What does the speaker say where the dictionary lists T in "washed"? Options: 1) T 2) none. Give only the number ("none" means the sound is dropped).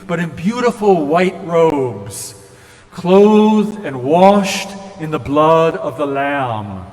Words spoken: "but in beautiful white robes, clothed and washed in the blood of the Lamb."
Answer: 1